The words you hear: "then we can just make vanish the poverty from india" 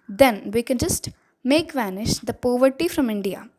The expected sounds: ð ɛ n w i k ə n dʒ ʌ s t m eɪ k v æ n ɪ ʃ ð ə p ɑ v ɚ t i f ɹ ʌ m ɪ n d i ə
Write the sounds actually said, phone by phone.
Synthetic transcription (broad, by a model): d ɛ n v i k ə n dʒ ʌ s t m eɪ k v æ n ɪ ʃ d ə p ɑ v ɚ t i f ɹ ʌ m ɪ n d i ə